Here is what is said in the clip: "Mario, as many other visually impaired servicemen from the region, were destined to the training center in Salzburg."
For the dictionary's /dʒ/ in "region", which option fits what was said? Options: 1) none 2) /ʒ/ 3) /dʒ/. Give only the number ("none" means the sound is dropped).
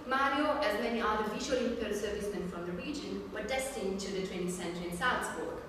3